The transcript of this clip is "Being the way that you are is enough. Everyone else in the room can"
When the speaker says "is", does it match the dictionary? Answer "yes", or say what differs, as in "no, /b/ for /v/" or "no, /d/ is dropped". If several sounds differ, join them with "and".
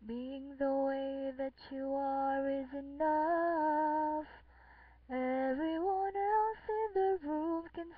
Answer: yes